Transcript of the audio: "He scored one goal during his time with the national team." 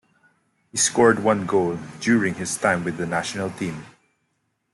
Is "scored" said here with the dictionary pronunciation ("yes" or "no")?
yes